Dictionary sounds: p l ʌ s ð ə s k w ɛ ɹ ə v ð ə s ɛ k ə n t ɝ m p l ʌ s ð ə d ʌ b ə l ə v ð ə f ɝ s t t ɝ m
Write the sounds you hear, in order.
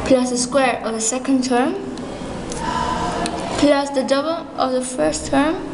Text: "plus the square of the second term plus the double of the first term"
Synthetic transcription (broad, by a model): p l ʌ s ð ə s k w ɛ ɹ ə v ð ə s ɛ k ə n t ɝ m p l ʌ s ð ə d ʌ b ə l ə v ð ə f ɝ s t t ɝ m